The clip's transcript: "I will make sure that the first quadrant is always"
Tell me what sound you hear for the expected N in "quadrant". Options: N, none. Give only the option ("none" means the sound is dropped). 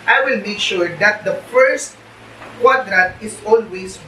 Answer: none